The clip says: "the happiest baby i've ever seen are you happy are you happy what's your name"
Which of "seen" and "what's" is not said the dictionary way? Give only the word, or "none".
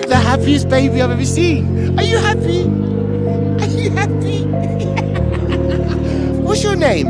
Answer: seen